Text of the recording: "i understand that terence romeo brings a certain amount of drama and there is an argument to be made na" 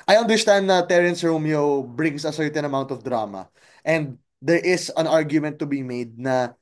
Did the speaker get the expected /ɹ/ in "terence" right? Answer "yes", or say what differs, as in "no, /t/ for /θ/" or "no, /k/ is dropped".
yes